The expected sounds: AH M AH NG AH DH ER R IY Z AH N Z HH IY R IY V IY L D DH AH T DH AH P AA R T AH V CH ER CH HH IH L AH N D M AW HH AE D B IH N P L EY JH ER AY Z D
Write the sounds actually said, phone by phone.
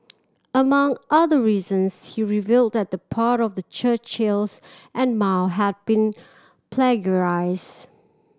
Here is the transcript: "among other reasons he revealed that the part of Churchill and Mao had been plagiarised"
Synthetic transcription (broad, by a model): AH M AH NG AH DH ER R IY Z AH N S HH IY R IY V IY L D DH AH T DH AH P AA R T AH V CH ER CH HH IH L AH N M AW HH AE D B IH N P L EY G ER AY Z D